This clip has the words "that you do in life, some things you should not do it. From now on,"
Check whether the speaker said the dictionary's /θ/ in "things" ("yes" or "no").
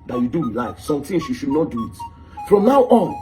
no